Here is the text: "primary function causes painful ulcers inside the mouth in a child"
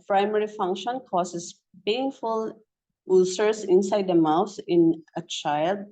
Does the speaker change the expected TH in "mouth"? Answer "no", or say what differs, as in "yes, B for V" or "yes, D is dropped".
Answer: yes, S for TH